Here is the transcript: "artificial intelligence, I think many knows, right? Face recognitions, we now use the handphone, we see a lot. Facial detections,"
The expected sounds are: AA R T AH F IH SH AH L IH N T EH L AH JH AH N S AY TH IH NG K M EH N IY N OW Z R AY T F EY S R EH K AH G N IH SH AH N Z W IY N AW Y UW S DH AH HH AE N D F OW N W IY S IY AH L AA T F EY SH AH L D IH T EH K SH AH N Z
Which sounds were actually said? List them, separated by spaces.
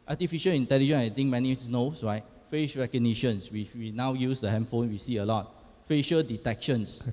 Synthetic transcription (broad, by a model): AA T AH F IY SH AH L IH N T EH L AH JH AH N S AY T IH NG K M EH N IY N OW S R AY T F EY SH R EH K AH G N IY SH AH N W W IY N AW Y UW S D AH HH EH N F OW N W IY S IY AH L AA T F EY SH AH L D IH T EH K SH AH N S